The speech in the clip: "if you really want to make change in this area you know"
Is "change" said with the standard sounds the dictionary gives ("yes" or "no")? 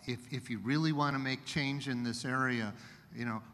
yes